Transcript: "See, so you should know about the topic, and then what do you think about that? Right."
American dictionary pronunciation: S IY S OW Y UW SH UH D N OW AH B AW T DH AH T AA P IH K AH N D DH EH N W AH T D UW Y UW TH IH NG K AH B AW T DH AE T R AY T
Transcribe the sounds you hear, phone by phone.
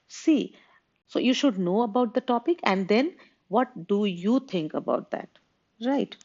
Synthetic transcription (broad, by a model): S IY S OW Y UW SH UH D N OW AH B AW T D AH T AA P IH K AH N D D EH N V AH T D UW Y UW T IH NG K AH B AW T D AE T R AY T